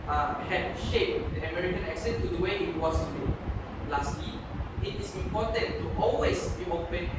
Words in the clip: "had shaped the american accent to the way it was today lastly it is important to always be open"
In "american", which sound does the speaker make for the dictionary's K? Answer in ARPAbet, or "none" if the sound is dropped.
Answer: K